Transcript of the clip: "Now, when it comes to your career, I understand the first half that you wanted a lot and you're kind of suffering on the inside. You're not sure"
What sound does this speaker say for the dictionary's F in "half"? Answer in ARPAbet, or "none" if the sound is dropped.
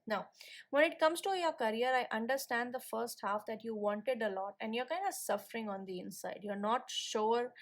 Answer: F